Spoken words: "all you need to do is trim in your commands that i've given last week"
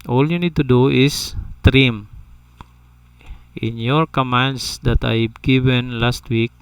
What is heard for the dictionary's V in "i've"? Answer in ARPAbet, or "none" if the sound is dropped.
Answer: B